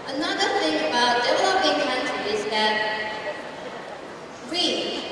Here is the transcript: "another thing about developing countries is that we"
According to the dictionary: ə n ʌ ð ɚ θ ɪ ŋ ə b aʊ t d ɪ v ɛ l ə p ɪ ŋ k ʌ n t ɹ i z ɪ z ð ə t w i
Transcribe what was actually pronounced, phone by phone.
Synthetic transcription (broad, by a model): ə n ʌ ð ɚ θ ɪ ŋ ə b aʊ t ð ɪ w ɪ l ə b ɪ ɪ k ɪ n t i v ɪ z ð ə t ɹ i